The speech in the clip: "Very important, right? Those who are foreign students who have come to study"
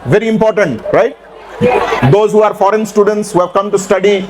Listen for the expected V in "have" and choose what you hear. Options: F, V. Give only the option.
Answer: V